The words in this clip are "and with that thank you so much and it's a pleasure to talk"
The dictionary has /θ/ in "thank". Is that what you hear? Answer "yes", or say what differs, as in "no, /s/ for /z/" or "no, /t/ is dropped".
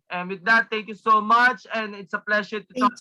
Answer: no, /t/ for /θ/